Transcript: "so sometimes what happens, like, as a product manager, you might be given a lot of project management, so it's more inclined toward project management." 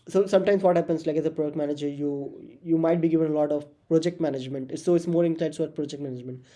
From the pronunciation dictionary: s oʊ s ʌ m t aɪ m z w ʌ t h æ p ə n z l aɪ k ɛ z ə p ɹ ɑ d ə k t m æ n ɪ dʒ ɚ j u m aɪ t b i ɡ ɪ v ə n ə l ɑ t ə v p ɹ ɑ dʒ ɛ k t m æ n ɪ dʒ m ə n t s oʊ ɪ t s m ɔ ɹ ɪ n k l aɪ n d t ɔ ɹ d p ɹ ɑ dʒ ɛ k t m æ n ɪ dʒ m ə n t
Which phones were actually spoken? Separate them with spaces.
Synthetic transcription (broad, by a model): s oʊ s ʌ m t aɪ m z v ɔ t h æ p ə n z l aɪ k ɛ z ə p ɹ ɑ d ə k t m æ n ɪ dʒ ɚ j u m aɪ t b i ɡ ɪ v ə n ə l ɑ t ə v p ɹ ɑ dʒ ɛ k t m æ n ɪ dʒ m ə n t s oʊ ɪ t s m ɔ ɹ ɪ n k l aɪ d s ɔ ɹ p ɹ ɑ dʒ ɛ k t m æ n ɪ dʒ m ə n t